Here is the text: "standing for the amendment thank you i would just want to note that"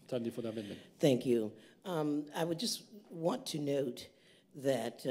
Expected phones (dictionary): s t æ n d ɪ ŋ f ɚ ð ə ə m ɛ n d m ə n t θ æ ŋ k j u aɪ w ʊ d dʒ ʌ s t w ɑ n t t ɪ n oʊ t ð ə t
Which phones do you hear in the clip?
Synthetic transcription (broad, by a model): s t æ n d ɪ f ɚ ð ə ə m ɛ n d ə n θ æ ŋ k j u aɪ w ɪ d dʒ ʌ s t w ɑ n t t ɪ n oʊ t ð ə t